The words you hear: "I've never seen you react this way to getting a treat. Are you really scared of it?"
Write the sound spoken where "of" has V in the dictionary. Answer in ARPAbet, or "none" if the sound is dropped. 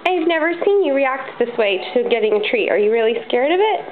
V